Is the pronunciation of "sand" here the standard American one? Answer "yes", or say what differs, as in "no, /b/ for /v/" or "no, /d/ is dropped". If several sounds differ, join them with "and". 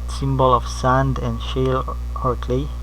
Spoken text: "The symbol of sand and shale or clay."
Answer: yes